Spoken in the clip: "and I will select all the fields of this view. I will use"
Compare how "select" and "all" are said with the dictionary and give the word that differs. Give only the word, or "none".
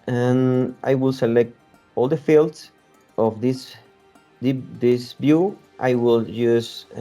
none